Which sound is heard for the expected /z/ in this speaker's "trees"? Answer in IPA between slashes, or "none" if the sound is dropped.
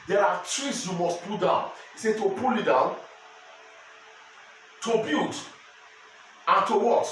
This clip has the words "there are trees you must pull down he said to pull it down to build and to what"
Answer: /s/